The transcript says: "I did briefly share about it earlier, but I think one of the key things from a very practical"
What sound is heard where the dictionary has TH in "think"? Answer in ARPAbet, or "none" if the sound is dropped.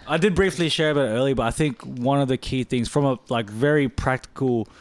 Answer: TH